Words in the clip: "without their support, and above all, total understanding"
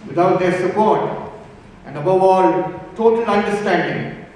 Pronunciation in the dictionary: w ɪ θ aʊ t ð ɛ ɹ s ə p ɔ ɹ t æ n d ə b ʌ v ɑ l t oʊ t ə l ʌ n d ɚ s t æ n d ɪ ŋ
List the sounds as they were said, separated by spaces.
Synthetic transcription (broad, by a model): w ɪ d aʊ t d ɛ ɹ s ə p ɔ ɹ t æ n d ə b ʌ v ɑ l t oʊ t ə l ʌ n d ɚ s t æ n d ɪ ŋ